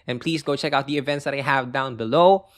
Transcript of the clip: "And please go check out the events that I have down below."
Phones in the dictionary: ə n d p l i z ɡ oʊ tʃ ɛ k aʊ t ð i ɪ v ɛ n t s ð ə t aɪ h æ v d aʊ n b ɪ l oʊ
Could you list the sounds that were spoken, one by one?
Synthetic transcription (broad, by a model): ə n p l i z ɡ oʊ tʃ ɛ k aʊ t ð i ɪ v ɛ n t s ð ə t aɪ h æ v d aʊ n b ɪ l oʊ